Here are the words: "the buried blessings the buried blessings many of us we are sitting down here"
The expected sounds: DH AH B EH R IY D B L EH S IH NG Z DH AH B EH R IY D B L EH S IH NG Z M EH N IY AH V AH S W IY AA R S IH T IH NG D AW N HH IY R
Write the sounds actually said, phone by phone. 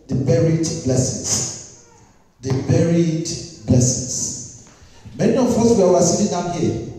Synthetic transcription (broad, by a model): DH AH B EH R IY D B L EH S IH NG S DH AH B EH R IY D B L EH S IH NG S M EH N IY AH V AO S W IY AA W S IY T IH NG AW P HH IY